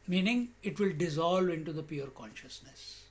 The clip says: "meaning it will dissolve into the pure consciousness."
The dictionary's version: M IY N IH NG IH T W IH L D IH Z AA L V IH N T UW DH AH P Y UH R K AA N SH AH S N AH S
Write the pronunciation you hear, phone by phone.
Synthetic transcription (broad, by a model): M IY N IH NG IH T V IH L D IH Z AA L V IH N T UW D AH P Y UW R K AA N SH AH S N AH S